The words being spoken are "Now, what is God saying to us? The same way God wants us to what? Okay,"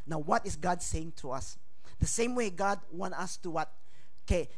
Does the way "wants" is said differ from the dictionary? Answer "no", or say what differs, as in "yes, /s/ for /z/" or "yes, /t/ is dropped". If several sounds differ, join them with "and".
yes, /s/ is dropped